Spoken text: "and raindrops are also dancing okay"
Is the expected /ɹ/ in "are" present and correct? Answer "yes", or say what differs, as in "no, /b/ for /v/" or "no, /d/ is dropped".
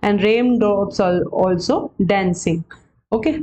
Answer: no, /l/ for /ɹ/